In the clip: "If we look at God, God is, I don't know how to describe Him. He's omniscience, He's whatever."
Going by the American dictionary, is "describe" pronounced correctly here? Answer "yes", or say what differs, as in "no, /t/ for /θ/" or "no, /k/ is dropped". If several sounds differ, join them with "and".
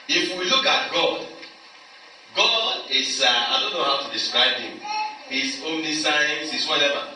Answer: yes